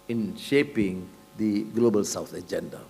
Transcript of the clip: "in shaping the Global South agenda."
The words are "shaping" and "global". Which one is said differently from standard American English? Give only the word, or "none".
none